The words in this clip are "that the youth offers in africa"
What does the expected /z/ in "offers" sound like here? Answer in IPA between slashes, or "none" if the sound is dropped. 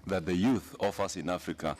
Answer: /s/